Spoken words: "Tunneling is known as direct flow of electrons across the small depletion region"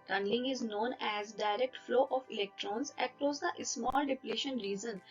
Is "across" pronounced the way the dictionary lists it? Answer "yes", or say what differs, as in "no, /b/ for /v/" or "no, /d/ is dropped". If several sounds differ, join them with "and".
yes